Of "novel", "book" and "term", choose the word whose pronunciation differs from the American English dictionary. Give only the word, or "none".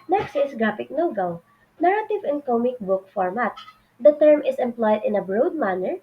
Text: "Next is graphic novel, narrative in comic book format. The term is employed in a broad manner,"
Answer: novel